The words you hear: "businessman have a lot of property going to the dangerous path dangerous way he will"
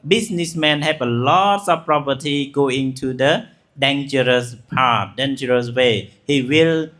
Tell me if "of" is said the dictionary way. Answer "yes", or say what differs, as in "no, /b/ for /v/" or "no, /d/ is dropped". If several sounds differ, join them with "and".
no, /b/ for /v/